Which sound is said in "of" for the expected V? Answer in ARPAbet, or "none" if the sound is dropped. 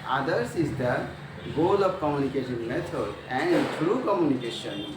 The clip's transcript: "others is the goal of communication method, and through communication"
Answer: P